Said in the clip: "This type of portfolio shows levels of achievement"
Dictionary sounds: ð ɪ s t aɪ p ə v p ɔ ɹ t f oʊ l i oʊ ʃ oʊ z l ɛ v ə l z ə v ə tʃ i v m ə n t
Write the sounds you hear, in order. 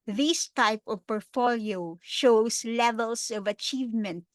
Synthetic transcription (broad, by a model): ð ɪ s t aɪ p ə v p ɔ ɹ t f oʊ l i oʊ ʃ oʊ s l ɛ v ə l s ə v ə tʃ i v m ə n t